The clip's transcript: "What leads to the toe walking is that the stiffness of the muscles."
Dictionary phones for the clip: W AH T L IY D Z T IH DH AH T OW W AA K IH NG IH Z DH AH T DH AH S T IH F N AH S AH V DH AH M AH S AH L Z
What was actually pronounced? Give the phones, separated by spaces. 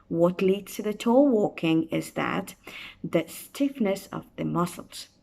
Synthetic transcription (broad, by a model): W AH T L IY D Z T IH DH AH T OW W AA K IH NG IH Z DH AH T DH AH S T IH F N AH S AH V DH AH M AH S L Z